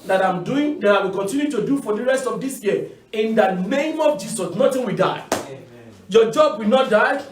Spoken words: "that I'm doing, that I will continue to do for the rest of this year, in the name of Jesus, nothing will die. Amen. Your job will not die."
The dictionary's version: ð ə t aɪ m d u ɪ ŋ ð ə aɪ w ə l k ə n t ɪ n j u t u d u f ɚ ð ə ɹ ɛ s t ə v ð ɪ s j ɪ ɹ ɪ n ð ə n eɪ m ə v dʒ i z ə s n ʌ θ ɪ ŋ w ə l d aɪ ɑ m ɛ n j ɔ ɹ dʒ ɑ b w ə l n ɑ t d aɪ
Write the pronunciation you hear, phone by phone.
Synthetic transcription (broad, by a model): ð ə t aɪ m d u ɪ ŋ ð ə aɪ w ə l k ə n t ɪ n j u t u d u f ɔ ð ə ɹ ɛ s t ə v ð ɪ s j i ɪ n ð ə n eɪ m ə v dʒ i s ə s n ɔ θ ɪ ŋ w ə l d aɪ ɑ ɪ j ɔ dʒ ɑ b w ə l n ɑ t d aɪ